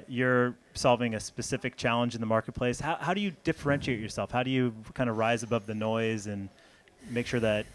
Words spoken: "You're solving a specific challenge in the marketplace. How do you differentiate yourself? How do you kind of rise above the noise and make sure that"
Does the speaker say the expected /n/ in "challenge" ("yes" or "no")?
yes